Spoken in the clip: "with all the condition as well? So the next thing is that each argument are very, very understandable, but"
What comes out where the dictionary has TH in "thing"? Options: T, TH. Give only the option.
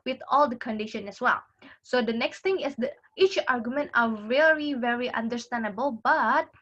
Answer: T